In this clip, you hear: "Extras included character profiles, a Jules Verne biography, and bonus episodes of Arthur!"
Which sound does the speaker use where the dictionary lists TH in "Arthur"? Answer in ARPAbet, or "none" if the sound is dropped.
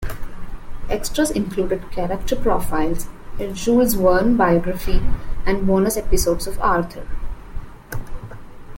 T